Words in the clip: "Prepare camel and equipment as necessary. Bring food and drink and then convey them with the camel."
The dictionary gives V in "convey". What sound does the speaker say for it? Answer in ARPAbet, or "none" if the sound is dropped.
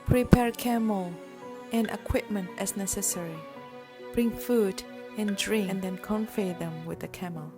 F